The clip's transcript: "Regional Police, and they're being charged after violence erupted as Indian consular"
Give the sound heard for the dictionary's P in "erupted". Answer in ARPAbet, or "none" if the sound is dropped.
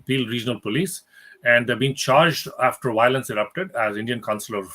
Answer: P